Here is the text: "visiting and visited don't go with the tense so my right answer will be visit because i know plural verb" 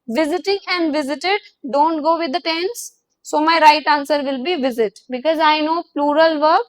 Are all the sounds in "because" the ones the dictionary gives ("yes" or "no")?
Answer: yes